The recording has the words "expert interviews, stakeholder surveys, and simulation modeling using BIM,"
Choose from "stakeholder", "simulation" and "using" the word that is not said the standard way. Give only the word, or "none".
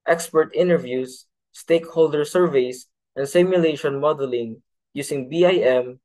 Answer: using